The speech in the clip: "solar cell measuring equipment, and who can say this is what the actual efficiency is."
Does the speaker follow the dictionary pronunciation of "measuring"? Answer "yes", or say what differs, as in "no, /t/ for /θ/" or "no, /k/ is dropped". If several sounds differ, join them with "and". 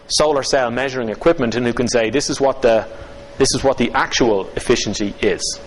yes